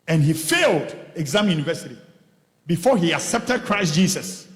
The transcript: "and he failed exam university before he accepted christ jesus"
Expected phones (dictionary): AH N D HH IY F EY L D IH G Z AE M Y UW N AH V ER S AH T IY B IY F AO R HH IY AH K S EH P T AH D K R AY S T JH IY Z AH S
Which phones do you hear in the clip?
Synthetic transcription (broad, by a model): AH N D HH IY F EY L D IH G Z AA M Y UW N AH V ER S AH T IY B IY F AO HH IY AH K S EH P T AH D K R AY S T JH IY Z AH S